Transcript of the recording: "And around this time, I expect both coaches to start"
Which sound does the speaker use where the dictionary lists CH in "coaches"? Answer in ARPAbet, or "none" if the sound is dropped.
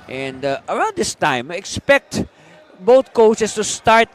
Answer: S